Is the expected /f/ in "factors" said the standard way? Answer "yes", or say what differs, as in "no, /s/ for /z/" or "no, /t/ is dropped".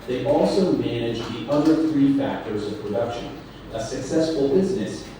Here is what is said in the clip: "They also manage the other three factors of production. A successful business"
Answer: yes